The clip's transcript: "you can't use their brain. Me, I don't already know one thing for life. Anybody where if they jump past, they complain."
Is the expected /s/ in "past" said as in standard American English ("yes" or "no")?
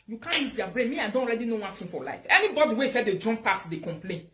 no